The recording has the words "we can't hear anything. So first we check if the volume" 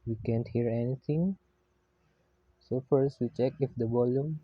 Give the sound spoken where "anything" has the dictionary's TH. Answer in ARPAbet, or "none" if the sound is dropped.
T